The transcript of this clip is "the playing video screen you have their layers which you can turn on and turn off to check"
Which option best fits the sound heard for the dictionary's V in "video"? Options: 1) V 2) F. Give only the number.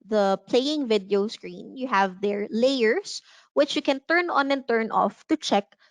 1